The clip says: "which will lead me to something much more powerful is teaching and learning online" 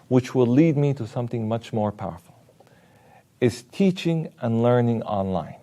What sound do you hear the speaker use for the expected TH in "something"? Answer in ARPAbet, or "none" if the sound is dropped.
TH